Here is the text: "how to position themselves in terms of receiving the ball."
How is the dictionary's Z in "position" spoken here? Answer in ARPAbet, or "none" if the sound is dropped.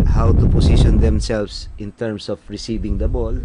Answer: S